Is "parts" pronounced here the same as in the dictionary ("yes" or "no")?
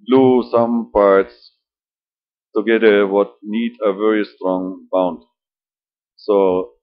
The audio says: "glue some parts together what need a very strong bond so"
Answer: yes